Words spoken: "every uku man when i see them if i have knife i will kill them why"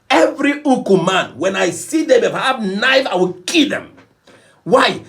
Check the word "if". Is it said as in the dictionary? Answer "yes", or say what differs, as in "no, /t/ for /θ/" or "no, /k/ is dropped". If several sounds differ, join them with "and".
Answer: no, /p/ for /f/